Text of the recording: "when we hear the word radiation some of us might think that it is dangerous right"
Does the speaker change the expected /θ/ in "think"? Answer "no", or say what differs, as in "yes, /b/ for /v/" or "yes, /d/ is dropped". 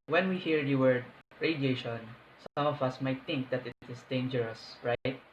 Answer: yes, /t/ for /θ/